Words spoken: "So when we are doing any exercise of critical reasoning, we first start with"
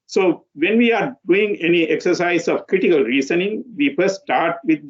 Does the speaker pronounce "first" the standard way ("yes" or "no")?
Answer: no